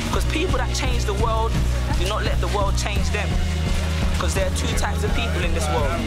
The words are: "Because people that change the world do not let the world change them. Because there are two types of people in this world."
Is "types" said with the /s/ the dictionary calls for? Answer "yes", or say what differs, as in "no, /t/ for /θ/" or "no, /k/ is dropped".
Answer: yes